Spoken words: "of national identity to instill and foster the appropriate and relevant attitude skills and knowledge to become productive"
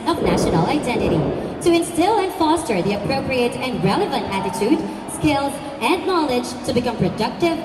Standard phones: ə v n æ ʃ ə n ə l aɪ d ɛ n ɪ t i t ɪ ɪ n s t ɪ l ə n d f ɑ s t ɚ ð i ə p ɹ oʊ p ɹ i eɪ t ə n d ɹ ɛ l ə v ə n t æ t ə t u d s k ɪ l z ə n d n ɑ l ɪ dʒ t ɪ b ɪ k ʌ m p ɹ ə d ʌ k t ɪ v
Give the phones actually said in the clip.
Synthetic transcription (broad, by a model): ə v n æ ʃ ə n l aɪ d ɛ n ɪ t i t ɪ ɪ n s t ɪ l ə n f ɑ s t ɚ ð i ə p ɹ oʊ p ɹ i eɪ t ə n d ɹ ɛ l ə v ə n t æ t ə t u d s k ɪ l z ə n n ɑ l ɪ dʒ t ɪ b ɪ k ʌ m p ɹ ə d ʌ k t ɪ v